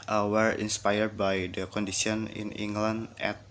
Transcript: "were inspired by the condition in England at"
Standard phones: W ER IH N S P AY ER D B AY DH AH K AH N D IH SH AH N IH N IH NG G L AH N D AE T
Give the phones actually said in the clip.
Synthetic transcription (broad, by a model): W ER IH N S P AY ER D B AY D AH K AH N D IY S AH N IH N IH NG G L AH N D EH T